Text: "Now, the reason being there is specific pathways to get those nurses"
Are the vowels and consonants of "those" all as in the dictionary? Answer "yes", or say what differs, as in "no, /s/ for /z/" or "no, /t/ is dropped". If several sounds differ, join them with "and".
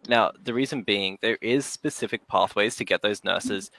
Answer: yes